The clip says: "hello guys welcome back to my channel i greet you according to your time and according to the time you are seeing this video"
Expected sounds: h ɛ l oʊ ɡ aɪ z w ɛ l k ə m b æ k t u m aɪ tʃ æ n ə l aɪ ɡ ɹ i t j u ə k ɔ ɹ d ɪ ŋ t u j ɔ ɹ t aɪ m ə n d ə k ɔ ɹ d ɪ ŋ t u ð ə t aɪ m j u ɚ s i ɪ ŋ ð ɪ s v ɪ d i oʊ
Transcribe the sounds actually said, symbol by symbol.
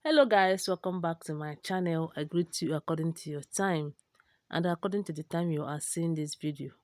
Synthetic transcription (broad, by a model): h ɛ l oʊ ɡ aɪ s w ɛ k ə m b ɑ k t u m aɪ tʃ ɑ n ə l aɪ ɡ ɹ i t j u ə k ɔ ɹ d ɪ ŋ t u j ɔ t aɪ m ə n d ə k ɔ d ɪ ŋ t u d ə t aɪ m j u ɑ s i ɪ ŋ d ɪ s v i d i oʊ